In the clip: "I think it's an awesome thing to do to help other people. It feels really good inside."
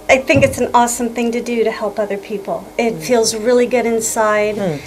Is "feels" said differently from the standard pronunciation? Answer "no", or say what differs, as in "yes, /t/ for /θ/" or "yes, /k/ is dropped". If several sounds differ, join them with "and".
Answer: no